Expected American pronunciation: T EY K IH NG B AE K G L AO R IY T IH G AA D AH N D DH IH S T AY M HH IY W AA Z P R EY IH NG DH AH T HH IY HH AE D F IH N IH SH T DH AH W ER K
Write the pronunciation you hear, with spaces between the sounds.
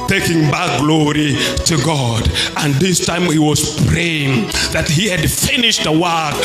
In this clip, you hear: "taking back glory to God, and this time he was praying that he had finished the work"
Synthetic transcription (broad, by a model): T EY K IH NG B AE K G L AO R IY T IH G AA D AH N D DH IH S T AY M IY W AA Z P R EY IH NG DH AH T HH IY HH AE D F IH N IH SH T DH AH W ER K